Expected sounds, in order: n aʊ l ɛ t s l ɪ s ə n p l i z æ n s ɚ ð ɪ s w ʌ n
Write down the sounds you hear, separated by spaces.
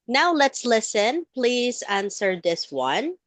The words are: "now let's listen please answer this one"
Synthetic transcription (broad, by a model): n aʊ l ɛ t s l ɪ s ə n p l i z æ n s ɚ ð ɪ s w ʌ n